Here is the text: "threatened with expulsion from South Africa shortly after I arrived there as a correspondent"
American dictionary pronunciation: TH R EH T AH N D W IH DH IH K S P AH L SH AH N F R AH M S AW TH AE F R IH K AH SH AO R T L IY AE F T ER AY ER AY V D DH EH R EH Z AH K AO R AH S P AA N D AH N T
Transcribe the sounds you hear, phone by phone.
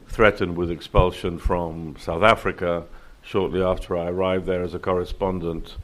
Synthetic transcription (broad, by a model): TH R EH T N D W IH DH IH K S P AH L SH AH N F R AH M S AW TH AE F R IH K AH SH AO R T L IY AE F T ER AY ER AY V DH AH R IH Z AH K AO R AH S P AA N D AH N T